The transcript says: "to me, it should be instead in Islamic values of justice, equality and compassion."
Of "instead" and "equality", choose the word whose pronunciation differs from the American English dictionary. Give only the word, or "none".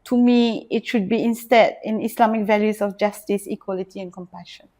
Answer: none